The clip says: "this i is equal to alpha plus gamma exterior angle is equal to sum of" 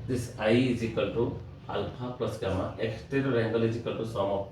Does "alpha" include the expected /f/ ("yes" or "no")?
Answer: no